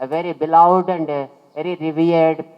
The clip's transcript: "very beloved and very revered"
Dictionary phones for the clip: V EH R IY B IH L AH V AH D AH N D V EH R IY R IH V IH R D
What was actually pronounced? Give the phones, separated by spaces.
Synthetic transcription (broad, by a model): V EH R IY B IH L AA AH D AH N D V EH R IY R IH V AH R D